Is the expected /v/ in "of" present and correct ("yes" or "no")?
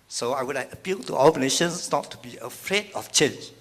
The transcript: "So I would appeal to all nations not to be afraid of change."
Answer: no